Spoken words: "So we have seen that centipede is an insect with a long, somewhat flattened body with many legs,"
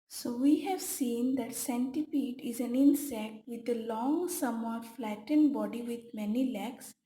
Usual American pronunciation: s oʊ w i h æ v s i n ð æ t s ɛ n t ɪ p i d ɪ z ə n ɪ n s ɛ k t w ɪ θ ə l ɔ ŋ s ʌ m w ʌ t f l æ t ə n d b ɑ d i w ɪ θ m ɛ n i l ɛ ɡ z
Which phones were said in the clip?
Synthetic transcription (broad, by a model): s oʊ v i h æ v s i n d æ t s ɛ n t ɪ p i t ɪ z ə n ɪ n s ɛ k t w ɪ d ə l ɔ ŋ s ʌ m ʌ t f l æ t ə n d b ɑ d i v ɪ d m ɛ n i l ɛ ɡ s